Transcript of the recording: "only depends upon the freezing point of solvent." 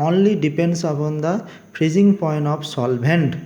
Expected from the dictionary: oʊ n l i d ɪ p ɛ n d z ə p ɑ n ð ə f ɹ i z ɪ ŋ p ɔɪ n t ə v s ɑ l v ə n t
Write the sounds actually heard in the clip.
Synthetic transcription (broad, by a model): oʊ n l i d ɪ p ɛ n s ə b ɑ n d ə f ɹ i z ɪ ŋ p ɔɪ n t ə p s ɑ l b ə n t